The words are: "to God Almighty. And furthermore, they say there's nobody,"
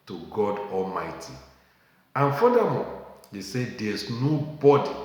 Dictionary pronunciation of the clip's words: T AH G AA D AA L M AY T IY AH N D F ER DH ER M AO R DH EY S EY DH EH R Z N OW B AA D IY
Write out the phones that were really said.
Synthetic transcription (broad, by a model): T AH G AA D AA L M AY T IY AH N F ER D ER M AO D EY S EY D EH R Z N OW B AA D IY